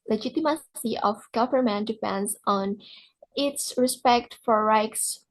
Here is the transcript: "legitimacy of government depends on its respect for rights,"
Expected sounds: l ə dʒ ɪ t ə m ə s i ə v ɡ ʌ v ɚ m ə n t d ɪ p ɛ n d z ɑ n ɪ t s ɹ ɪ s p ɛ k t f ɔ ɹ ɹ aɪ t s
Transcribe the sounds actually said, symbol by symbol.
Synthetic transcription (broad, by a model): l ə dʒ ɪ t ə m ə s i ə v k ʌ p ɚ m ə n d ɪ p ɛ n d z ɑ n ɪ t s ɹ ɪ s p ɛ k t f ɔ ɹ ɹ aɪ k s